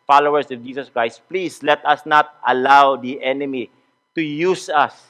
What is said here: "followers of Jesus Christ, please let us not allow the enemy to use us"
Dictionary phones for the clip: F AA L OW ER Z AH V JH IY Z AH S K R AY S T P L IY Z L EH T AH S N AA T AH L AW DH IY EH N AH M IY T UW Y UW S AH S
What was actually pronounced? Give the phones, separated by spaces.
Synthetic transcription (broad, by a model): F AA L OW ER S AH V JH IY S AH S K R AY S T P L IY S L EH T AH S N AA T AH L AW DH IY EH N AH M IY T UW Y UW S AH S